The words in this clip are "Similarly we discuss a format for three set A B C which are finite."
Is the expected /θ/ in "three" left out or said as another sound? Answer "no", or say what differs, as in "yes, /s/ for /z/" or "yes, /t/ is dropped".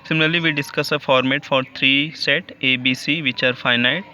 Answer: yes, /t/ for /θ/